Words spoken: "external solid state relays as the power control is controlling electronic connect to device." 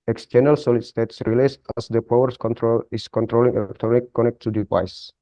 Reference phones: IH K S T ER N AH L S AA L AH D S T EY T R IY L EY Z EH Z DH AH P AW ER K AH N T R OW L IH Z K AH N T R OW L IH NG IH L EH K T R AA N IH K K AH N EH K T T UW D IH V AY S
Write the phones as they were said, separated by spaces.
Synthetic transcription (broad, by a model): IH K S T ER N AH L S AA L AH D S T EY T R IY L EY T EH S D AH P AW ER K AH N T R OW L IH S K AH N T R OW L IH NG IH L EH K T R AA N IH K K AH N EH K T T UW D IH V AY S